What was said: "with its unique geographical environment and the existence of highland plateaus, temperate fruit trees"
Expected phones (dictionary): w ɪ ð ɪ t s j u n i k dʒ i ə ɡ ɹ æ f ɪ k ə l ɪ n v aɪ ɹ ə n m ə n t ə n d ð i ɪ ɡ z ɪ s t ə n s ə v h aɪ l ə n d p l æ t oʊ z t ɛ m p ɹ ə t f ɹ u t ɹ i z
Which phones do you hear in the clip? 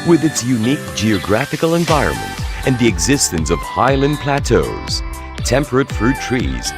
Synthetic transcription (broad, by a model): w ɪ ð ɪ t s j u n i k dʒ i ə ɡ ɹ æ f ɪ k l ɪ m v aɪ ɹ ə n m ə n t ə n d ð i ɪ ɡ z ɪ s t ə n s ə v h aɪ l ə n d p l æ t oʊ z t ɛ m p ɹ ə t f ɹ u t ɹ i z